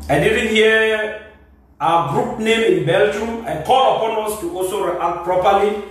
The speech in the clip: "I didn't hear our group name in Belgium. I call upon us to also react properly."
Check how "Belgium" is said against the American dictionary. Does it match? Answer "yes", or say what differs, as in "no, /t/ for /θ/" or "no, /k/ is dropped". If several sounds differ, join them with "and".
yes